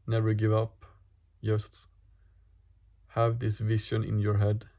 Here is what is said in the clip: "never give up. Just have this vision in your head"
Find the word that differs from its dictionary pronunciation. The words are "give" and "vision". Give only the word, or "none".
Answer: vision